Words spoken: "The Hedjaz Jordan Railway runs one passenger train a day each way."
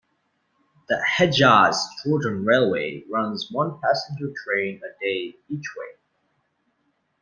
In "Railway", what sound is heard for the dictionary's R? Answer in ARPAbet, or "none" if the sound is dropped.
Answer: R